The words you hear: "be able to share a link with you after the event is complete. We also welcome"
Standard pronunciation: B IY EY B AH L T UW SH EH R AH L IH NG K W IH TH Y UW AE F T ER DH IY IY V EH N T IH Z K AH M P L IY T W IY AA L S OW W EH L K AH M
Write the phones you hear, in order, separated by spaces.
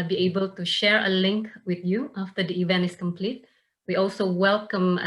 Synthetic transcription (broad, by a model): B IY EY B AH L T UW SH EH R AH L IH NG K W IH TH Y UW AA F T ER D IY IY V EH N T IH S K AH M P L IY T W IY AA L S OW W EH L K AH M